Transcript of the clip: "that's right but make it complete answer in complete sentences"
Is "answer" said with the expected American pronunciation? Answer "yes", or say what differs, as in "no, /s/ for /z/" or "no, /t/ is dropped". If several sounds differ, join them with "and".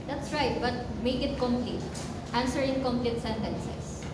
yes